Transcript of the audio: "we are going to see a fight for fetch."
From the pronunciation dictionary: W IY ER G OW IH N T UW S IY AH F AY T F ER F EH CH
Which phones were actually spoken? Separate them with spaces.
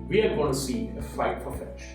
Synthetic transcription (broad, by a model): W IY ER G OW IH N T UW S IY AH F AY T P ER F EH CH